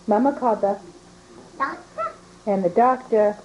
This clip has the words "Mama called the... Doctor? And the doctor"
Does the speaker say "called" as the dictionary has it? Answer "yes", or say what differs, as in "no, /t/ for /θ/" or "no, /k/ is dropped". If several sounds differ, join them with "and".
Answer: no, /l/ is dropped